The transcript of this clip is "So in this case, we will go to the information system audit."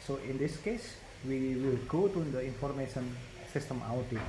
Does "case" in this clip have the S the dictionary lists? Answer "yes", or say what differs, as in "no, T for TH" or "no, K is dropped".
yes